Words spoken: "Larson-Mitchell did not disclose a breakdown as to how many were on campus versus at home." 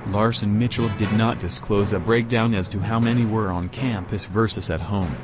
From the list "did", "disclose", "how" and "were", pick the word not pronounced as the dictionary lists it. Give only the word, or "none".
none